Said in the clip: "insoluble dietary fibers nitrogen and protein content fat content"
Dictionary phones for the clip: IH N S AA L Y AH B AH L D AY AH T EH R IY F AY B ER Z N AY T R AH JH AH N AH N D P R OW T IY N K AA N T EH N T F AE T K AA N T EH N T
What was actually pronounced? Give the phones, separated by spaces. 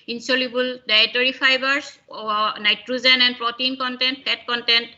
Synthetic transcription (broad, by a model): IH N S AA L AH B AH L D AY T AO R IY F AY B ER S N AY T R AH Z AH N AH N D P R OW T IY N K AA N T EH N T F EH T K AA N T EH N T